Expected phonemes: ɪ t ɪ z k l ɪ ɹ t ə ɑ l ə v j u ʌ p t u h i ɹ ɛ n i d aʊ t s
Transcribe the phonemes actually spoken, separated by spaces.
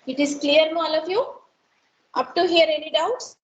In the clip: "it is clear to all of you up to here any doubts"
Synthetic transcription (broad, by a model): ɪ t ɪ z k l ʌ ɹ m ɑ l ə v j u ʌ p t u h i ɹ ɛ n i d aʊ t s